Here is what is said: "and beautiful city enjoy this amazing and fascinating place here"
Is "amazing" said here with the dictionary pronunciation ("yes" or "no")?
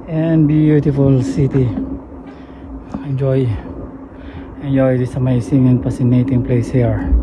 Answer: no